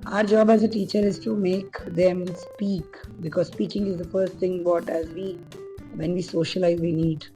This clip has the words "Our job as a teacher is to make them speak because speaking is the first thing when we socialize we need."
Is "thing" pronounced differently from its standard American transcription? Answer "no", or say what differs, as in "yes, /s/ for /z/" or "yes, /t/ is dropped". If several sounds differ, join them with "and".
yes, /t/ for /θ/